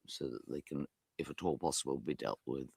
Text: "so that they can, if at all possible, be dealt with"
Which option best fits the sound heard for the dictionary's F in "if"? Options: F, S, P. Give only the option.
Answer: F